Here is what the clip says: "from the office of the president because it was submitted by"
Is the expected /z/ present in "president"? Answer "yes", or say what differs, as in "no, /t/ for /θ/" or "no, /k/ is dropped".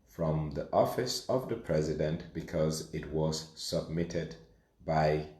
yes